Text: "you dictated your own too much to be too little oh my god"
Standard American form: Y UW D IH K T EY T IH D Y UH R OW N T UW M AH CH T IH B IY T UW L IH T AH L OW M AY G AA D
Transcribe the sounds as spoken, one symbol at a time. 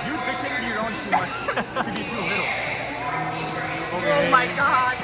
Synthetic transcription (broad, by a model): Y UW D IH T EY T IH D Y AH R OW N T UW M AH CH T IH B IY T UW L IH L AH OW M AY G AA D